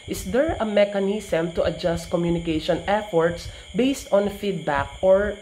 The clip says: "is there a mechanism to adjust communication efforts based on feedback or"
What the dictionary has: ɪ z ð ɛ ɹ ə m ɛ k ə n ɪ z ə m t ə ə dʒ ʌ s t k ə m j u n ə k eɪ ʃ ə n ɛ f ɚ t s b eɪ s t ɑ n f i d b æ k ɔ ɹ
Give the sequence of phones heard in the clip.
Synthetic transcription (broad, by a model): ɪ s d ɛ ɹ ə m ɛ k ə n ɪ s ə m t ə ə dʒ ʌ s t k ə m j u n ə k eɪ ʃ ə n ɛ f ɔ t s b eɪ s t ɑ n f i d b æ k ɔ ɹ